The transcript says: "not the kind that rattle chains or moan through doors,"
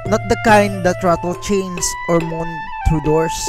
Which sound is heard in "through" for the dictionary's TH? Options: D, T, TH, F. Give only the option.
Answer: T